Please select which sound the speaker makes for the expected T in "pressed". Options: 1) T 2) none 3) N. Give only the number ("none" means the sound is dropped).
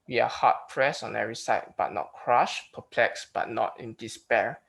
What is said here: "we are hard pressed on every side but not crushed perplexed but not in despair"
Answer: 2